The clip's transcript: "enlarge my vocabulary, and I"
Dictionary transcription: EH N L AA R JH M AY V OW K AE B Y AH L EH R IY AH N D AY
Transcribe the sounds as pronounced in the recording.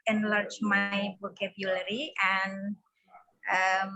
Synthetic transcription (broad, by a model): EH N L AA R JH M AY B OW K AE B Y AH L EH R IY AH N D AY